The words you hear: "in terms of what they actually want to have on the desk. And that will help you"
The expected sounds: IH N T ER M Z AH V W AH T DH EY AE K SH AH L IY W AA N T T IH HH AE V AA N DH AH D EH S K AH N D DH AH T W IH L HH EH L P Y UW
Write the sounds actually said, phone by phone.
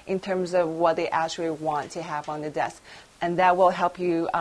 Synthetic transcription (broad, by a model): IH N T ER M Z AH V W AH T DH EY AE K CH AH L IY W AA N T T IH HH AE V N DH AH D EH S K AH N DH AH T W IH L HH EH L P Y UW